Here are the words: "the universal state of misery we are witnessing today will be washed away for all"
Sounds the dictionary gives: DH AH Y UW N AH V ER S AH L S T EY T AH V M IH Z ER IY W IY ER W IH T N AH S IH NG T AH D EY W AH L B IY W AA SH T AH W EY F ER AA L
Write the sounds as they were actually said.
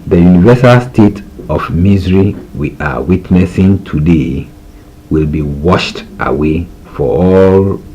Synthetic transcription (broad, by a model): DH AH Y UW N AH V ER S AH L S T EY T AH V M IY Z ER IY W IY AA W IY T N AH S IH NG T AH D EY W AH L B IY W AA SH T AH W EY F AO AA L